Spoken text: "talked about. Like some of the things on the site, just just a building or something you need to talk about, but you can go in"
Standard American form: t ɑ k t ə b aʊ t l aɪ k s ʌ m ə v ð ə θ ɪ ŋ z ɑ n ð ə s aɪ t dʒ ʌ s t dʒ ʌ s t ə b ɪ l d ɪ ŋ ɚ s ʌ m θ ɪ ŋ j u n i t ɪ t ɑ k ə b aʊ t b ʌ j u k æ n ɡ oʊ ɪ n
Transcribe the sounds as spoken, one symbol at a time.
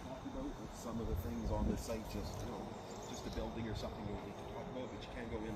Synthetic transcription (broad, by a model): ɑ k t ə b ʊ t w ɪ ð s ʌ m ə v ð ə θ ɪ ŋ z n ð ə s aɪ t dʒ ʌ s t dʒ ʌ s t ə b ɪ l d ɪ ŋ ɚ s ʌ m θ ɪ ŋ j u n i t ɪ t ɑ k ə b aʊ t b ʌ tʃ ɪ k æ n ɡ oʊ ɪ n